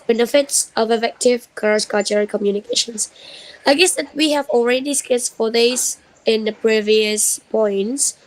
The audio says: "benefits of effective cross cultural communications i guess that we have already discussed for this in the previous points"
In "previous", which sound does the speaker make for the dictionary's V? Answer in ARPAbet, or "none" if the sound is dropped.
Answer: V